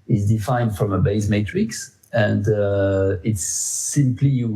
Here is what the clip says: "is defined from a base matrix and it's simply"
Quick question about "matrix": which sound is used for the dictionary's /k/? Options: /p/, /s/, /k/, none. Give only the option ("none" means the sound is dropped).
/k/